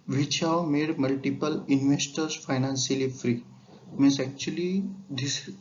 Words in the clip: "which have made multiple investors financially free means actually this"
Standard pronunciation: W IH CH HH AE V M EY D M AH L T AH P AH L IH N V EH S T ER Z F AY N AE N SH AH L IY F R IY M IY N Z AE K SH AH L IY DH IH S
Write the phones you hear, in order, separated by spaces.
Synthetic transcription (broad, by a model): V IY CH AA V M EY D M AH L T AH P AH L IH N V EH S T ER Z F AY N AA N S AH L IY F R IY M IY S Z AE K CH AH L IY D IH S